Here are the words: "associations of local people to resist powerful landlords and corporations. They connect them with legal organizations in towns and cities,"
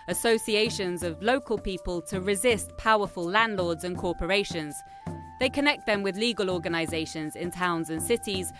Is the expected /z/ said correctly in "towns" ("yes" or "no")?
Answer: yes